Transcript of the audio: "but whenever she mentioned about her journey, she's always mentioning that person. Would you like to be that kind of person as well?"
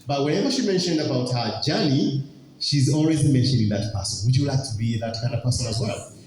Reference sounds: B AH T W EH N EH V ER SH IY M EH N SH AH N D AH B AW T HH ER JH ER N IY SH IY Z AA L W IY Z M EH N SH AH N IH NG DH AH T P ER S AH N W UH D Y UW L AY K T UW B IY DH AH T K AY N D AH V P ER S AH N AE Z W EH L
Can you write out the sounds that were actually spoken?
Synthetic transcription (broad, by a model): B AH T W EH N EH V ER SH IY M EH N SH AH N D AH B AW T HH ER JH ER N IY SH IY Z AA L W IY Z M EH N SH AH N IH NG DH AH T P ER S AH N W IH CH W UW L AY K T UW B IY DH AH T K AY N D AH P ER S AH N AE Z W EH L